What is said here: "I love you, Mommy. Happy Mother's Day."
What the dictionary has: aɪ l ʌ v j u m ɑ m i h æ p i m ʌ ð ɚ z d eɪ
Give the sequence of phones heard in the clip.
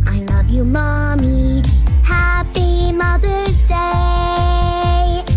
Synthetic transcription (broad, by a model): aɪ l ʌ v j u m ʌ m i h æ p i m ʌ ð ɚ d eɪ